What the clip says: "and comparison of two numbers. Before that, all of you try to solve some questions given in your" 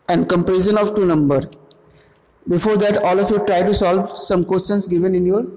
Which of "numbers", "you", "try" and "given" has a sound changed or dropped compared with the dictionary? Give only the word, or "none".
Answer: numbers